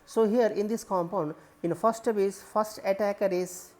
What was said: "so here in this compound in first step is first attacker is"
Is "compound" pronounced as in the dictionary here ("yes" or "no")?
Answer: yes